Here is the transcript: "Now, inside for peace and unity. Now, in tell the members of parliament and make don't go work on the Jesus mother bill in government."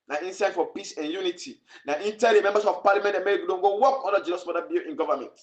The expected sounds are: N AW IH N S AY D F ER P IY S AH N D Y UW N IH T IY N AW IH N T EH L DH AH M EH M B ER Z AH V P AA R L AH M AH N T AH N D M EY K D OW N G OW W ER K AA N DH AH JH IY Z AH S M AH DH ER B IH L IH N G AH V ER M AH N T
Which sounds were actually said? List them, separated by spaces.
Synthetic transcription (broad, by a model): N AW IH N S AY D F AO P IY S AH N Y UW N IH T IY N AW IH N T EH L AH M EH M B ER S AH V P AA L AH M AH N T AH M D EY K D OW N G OW W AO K AA N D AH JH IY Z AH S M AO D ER B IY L IH N G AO V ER M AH N T